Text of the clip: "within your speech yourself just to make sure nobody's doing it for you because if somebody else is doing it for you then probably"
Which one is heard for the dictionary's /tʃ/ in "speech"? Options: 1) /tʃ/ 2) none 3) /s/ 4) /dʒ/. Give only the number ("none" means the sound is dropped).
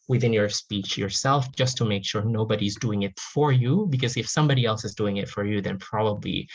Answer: 1